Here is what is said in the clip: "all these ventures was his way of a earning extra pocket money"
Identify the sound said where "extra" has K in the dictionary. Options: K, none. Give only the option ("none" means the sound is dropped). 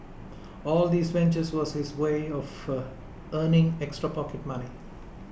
K